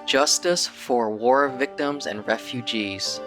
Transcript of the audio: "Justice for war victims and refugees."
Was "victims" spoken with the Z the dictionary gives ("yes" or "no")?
yes